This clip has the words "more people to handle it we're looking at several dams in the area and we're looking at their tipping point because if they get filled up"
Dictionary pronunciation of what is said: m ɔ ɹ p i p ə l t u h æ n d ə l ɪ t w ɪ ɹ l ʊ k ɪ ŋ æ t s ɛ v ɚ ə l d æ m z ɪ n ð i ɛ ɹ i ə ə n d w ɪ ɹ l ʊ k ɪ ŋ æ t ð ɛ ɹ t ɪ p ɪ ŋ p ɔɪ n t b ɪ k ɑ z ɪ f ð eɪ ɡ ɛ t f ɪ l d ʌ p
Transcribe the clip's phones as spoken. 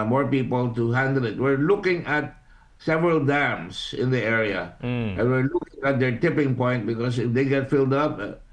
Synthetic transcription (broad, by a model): m ɔ ɹ p i p ə l t u h æ n d ə l ɪ t w ɪ ɹ l ʊ k ɪ ŋ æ t s ɛ v ɚ ə l d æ m s ɪ n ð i ɛ ɹ i ə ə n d w ɪ ɹ l ʊ k ɪ ŋ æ t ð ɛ ɹ t ɪ p ɪ ŋ p ɔɪ n t b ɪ k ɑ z ɪ f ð eɪ ɡ ɛ t f ɪ l d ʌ p